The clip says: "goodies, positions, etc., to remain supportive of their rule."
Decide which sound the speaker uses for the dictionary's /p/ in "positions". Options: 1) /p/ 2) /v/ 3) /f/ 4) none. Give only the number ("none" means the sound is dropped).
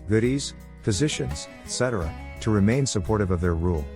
3